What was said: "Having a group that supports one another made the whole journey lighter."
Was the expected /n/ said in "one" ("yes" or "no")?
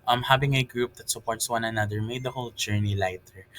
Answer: yes